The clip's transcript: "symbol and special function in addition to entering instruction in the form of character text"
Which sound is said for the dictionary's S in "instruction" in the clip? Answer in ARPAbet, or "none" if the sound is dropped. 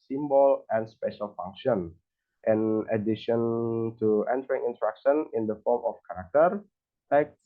none